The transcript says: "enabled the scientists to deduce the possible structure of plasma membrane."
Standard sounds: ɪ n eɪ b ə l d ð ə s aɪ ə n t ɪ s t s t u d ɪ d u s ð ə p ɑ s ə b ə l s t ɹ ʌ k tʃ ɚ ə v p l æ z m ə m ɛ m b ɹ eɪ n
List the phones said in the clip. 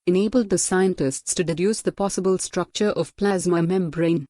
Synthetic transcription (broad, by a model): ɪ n eɪ b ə l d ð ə s aɪ ə n t ɪ s t s t u d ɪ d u s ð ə p ɑ s ə b ə l s t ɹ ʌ k tʃ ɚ ə v p l æ z m ə m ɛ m b ɹ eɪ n